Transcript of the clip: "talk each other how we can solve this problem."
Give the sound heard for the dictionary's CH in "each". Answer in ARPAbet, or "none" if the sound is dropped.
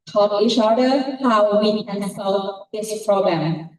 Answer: SH